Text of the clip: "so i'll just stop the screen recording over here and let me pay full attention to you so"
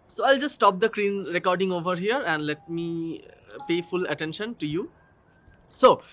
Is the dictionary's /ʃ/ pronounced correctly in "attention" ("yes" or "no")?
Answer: yes